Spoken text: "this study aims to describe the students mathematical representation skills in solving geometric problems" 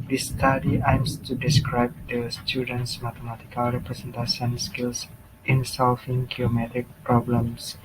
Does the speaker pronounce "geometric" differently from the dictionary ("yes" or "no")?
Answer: yes